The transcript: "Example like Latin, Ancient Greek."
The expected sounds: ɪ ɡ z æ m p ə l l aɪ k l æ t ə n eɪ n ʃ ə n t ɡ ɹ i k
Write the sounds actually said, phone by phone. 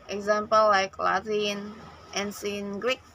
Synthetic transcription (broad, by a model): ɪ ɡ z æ m p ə l l aɪ k l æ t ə n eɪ n s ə n ɡ ɹ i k